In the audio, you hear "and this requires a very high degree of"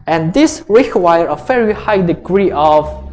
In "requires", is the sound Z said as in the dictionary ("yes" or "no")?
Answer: no